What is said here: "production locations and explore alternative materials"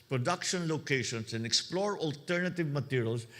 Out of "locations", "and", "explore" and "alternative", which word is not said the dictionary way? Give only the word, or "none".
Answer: locations